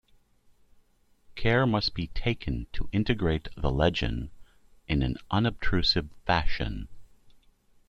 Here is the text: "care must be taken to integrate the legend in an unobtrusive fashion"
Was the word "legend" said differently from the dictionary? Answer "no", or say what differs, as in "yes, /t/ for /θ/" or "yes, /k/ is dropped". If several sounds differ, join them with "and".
yes, /d/ is dropped